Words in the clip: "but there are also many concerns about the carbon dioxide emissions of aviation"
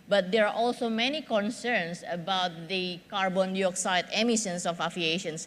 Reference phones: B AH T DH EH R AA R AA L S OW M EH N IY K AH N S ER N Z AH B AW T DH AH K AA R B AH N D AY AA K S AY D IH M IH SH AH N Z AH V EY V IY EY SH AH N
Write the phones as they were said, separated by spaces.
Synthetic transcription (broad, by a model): B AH T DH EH R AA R AA L S OW M EH N IY K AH N S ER N S AH B AW T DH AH K AA R B AH N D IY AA K S AY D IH M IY S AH N S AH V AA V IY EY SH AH N